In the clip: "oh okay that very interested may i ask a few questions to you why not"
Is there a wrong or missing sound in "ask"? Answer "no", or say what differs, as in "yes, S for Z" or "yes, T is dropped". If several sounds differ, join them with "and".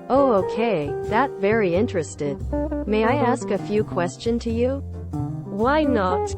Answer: no